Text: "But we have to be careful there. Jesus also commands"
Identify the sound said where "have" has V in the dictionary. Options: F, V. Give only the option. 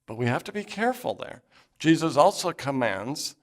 F